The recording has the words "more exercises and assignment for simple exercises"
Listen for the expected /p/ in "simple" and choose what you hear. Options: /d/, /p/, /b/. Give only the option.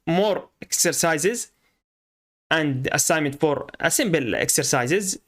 /b/